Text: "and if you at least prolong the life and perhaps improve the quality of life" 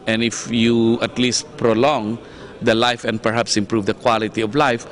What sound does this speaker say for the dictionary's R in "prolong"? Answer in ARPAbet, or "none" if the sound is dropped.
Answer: R